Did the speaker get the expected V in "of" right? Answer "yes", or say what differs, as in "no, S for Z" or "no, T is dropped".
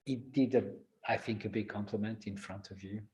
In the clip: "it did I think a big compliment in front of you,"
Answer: yes